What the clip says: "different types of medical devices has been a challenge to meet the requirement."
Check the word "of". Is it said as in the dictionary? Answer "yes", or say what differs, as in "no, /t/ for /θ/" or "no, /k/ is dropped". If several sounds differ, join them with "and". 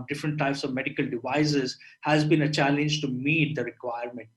yes